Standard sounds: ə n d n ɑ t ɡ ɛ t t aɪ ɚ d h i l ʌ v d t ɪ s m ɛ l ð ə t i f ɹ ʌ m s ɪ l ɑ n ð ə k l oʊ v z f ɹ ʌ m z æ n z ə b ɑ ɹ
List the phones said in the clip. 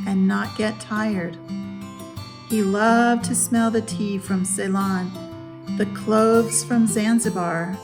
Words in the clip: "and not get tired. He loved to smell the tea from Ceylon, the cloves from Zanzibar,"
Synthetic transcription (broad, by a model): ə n n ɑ t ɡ ɛ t t aɪ ɚ d h i l ʌ v t ɪ s m ɛ l ð ə t i f ɹ ʌ m s ɪ l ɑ n ð ə k l oʊ v z f ɹ ʌ m z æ n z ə b ɑ ɹ